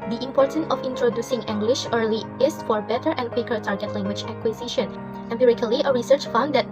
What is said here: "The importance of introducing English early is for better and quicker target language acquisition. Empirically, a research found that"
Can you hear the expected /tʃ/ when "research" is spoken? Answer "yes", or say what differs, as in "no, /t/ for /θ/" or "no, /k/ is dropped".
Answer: yes